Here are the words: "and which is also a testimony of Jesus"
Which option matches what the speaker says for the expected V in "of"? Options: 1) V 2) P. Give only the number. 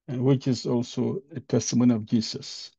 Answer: 1